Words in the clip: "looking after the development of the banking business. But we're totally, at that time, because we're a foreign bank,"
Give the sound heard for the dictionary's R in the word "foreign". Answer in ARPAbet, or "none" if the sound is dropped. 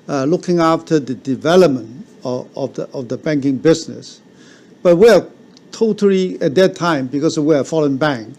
L